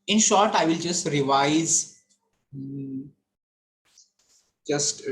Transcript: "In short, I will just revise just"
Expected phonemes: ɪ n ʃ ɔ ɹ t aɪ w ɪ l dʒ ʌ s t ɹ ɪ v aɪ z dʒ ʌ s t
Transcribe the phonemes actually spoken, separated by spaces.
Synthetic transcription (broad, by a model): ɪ n ʃ ɔ ɹ t aɪ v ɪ l dʒ ʌ s t ɹ ɪ v aɪ z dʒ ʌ s t